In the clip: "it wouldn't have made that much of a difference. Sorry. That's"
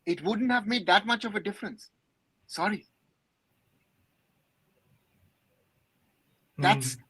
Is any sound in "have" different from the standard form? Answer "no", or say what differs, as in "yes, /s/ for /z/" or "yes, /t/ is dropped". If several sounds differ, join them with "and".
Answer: no